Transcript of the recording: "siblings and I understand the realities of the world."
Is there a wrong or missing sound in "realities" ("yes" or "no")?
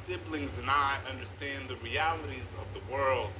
no